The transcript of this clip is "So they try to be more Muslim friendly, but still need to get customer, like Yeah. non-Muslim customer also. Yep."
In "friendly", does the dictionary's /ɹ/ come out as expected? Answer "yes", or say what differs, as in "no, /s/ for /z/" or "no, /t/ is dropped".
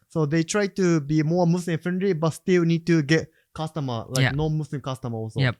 no, /ɹ/ is dropped